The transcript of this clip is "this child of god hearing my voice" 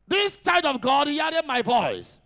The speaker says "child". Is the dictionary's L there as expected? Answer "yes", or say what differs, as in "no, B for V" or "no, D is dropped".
no, L is dropped